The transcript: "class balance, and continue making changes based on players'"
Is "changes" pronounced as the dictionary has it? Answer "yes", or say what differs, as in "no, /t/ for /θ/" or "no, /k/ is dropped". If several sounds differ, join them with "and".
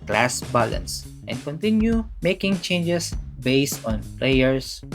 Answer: no, /s/ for /z/